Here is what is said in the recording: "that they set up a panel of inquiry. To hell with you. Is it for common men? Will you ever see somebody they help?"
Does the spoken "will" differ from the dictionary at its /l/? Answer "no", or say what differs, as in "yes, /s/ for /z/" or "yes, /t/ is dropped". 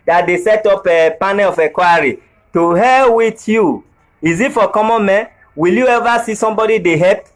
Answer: no